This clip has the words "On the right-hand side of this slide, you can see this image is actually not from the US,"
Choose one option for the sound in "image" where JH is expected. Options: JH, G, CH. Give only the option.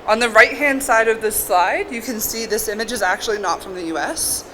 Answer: JH